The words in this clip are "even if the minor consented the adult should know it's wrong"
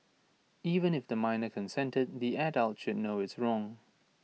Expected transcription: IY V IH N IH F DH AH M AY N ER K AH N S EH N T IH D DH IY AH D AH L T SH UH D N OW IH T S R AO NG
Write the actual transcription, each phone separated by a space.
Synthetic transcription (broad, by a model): IY V IH N IH F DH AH M AY N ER K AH N S EH N T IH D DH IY AH D AH L T SH UH D N OW IH T S R AO NG